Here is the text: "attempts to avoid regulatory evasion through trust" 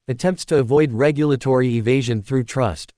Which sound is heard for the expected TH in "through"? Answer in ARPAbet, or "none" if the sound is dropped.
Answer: TH